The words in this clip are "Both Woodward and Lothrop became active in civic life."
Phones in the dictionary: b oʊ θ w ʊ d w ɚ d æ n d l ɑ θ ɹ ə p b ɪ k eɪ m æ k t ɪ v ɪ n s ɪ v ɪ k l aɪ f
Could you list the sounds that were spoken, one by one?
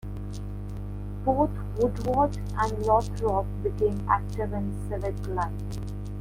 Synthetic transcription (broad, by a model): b oʊ t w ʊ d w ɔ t æ n d l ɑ t ɹ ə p b ɪ k eɪ m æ k t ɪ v ɪ n s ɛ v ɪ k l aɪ